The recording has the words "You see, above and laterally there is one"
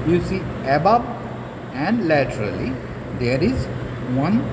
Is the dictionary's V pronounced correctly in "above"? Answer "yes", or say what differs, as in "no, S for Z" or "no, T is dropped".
no, B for V